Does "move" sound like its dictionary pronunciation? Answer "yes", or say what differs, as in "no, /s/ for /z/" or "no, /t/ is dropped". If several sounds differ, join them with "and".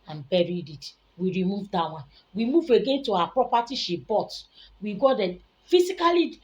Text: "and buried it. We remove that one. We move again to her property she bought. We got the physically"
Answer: yes